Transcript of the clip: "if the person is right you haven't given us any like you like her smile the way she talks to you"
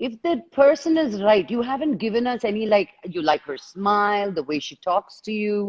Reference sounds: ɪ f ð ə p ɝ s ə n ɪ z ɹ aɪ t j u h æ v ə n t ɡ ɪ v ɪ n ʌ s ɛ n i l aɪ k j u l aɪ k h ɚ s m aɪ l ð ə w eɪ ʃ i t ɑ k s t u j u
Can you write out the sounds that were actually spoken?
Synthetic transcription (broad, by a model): ɪ f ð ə p ɝ s ə n ɪ z ɹ aɪ t j u h æ v ə n t ɡ ɪ v ɪ n ʌ s ɛ n i l aɪ k j u l aɪ k h ɚ s m aɪ l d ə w eɪ ʃ i t ɑ k s t u j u